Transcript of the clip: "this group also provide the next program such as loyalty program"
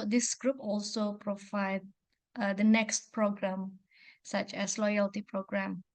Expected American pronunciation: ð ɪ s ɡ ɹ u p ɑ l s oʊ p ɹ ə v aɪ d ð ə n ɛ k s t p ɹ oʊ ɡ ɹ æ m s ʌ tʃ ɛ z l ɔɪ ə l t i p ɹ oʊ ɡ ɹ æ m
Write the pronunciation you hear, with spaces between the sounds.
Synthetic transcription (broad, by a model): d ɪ s ɡ ɹ u p ɑ l s oʊ p ɹ ə v aɪ d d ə n ɛ k s t p ɹ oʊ ɡ ɹ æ m s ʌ tʃ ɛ s l ɔɪ ə l t i p ɹ oʊ ɡ ɹ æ m